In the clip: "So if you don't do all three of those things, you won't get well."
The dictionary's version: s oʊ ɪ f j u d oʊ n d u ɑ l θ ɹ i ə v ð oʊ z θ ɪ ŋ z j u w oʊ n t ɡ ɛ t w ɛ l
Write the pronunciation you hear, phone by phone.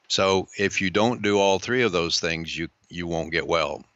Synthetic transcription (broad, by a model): s oʊ ɪ f j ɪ d oʊ n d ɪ ɑ l θ ɹ i ə v ð oʊ z θ ɪ ŋ z j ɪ w oʊ n ɡ ɛ t w ɛ l